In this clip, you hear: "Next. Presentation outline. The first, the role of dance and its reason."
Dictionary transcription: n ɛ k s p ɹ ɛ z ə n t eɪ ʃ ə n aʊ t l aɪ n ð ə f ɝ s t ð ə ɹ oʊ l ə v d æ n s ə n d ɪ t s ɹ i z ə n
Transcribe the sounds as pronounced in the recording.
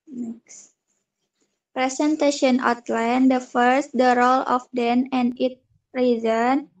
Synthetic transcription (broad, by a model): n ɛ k s p ɹ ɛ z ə n t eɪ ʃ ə n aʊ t l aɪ n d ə f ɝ s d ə ɹ oʊ l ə f d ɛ n ə n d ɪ t ɹ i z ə n